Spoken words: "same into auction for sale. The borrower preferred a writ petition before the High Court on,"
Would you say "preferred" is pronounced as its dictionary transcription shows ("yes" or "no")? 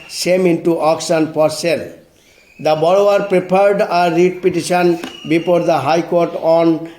no